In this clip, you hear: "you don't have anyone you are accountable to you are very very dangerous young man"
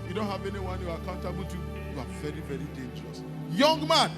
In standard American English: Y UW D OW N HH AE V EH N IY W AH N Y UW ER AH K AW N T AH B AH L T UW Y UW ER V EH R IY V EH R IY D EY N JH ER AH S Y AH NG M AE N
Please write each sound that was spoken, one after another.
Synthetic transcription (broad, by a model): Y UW D OW N HH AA V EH N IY W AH N Y UW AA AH K AW N T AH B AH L T UW Y UW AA V EH R IY V EH R IY D EY N JH ER AH S Y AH NG M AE N